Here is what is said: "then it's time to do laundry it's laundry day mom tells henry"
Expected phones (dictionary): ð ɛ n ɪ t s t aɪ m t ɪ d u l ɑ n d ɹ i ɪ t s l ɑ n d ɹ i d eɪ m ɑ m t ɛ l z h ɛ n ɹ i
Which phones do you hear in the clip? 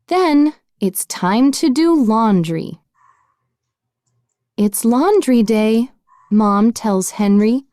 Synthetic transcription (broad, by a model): ð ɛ n ɪ t s t aɪ m t ɪ d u l ɑ n d ɹ i ɪ t s l ɑ n d ɹ i d eɪ m ɑ m t ɛ l z h ɛ n ɹ i